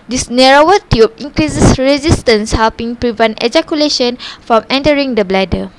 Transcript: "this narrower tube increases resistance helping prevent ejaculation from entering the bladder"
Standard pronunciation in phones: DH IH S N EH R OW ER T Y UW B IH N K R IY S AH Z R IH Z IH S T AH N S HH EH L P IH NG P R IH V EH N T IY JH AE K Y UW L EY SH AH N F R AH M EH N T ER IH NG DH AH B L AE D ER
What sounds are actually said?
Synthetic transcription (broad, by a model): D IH S N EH R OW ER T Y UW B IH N K R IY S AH S R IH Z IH S T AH N S HH EH L P IH NG P R IH V EH N T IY JH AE K Y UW L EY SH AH N F R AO M EH N T ER IH NG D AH B L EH D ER